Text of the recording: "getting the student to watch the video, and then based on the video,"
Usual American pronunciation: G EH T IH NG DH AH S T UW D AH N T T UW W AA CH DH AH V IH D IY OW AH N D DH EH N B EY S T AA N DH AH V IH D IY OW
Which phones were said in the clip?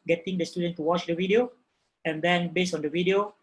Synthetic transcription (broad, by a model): G EH T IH NG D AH S T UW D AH N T T UW W AA CH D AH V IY D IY OW AH N D EH N B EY S AA N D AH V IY D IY OW